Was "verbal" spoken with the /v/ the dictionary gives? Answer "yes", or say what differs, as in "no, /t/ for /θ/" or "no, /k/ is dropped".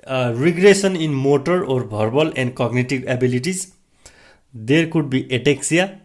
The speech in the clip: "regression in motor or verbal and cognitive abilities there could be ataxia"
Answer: no, /b/ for /v/